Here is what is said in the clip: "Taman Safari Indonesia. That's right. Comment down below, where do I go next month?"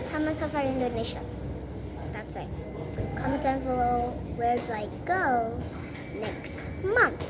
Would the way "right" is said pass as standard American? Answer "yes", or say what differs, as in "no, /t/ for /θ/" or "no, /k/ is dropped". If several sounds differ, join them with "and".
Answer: no, /w/ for /ɹ/